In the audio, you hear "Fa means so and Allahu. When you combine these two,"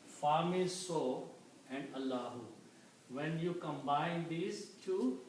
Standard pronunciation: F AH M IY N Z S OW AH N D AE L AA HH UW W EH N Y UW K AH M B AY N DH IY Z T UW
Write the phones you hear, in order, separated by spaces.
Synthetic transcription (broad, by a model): F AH M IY Z S OW AH N D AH L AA HH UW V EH N Y UW K AH M B AY N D IY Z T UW